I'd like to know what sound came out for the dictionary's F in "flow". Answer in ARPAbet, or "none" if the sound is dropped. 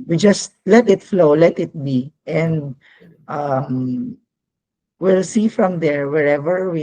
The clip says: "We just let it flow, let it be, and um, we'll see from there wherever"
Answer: F